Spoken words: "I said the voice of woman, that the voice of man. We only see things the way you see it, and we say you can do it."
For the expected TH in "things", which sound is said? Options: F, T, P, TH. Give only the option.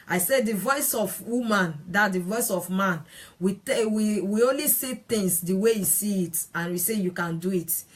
T